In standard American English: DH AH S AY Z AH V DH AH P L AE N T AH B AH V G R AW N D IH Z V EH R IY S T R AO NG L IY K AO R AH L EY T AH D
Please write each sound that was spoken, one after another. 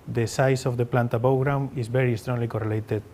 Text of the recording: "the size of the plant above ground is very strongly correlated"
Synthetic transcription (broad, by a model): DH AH S AY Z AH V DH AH P L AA N T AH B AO W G R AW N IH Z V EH R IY S T R AO NG L IY K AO R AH L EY T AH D